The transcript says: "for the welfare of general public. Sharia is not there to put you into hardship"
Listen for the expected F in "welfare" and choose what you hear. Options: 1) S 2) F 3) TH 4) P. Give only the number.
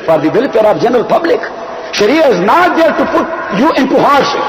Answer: 4